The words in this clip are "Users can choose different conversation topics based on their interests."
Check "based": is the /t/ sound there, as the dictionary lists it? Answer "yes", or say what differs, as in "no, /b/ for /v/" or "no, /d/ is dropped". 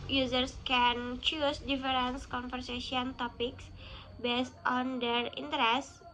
yes